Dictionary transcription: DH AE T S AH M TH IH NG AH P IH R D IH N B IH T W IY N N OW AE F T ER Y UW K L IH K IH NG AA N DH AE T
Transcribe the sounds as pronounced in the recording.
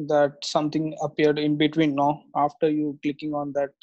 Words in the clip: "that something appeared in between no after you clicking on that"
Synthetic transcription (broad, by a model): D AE T S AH M T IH NG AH P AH R D IH N B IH T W IY N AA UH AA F T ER Y UW K L IH K IH NG AA N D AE T